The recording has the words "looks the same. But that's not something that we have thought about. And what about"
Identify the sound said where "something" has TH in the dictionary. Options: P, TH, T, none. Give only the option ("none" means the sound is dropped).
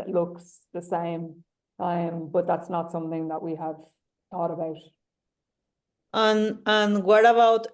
TH